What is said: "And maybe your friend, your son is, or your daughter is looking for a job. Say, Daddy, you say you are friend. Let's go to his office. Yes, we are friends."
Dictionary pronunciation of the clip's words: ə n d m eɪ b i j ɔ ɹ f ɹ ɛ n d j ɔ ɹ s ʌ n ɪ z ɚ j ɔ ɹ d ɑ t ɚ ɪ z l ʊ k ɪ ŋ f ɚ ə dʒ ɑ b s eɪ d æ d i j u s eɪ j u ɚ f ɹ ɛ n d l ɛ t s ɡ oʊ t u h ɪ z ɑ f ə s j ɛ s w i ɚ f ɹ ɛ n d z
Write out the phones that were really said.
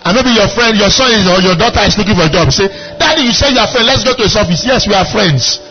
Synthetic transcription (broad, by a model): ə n m eɪ b i j ɔ f ɹ ɛ n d j ɔ s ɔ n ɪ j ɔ j ɔ d ɑ t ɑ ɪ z l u k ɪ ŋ f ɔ ə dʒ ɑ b s eɪ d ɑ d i j u s eɪ j u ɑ f ɹ ɛ n d l ɛ t s ɡ oʊ t u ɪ s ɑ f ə s j ɛ s w i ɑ f ɹ ɛ n d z